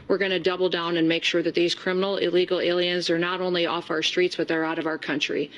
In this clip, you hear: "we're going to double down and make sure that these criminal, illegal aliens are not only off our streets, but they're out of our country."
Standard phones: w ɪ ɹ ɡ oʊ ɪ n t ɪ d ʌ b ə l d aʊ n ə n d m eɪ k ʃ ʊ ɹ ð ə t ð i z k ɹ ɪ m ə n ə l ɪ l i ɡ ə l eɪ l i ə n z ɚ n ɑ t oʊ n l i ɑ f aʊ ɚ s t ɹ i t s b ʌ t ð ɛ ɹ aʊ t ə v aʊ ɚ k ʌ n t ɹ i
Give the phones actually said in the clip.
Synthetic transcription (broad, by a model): w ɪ ɹ ɡ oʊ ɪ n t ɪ d ʌ b l d aʊ n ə n m eɪ k ʃ ʊ ɹ ð ə t ð i z k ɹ ɪ m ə n l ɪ l i ɡ l eɪ l i ə n z ɚ n ɑ t oʊ n l i ɑ f aʊ ɚ s t ɹ i t s b ʌ t ð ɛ ɹ aʊ t ə v aʊ ɚ k ʌ n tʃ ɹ i